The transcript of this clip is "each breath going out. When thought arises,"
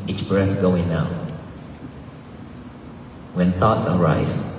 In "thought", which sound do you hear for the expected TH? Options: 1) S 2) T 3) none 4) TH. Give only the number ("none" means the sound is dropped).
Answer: 2